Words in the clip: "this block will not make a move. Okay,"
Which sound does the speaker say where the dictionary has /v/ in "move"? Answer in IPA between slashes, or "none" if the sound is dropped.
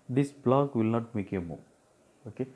none